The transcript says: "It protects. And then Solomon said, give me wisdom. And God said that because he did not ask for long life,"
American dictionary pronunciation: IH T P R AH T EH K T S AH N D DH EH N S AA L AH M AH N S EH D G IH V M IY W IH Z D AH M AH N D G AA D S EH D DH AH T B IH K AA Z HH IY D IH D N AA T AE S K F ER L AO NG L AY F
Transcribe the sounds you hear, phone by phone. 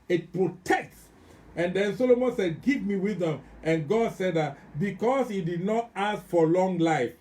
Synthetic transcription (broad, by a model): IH T P R AH T EH K T S AH N D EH N S AA L AH M AH N S EH D G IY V M IY W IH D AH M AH N G AA D S EH D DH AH T B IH K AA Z HH IY D IH D N AA T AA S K F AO L AO NG L AY F